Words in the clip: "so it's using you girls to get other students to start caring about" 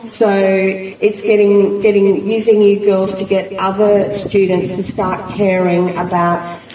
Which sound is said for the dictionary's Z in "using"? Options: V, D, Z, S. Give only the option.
Z